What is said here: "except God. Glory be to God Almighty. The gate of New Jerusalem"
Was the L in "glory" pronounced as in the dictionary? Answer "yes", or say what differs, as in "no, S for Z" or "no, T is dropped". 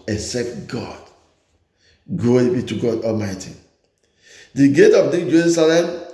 no, L is dropped